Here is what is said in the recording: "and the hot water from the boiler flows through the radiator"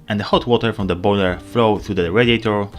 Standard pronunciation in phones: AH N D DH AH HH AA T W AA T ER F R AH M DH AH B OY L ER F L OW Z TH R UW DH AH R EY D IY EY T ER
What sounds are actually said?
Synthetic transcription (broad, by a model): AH N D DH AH HH AA T W AA T ER F R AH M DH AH B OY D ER F L OW TH R UW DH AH R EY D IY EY T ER